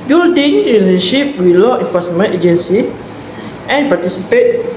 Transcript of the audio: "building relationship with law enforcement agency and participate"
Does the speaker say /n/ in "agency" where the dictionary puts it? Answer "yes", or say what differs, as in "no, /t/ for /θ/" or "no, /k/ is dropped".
yes